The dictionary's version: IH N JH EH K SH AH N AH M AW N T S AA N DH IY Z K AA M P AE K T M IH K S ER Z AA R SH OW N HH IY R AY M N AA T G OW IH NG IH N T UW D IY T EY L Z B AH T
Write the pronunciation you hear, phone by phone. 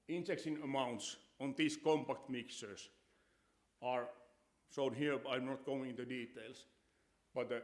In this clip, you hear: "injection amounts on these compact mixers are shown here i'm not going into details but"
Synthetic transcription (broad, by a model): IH N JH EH K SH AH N AH M AW N T S AA N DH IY S K AA M P AE K T M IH K S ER S AA R S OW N HH IY R AY M N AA T G OW IH NG IH N T UW D IY T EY L S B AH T